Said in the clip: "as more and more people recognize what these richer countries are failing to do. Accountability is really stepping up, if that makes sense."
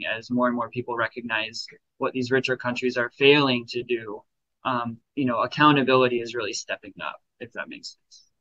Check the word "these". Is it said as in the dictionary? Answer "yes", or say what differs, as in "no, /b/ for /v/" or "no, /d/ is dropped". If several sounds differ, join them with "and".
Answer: yes